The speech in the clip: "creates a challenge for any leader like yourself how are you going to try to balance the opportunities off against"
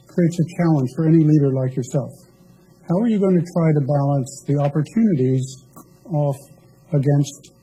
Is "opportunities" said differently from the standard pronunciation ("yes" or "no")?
no